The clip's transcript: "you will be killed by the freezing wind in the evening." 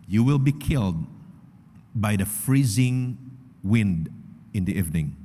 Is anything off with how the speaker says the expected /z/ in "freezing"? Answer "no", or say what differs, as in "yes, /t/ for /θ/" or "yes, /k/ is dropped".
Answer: no